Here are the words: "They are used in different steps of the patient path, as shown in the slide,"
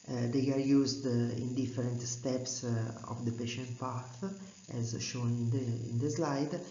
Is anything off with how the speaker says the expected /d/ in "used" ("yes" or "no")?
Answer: no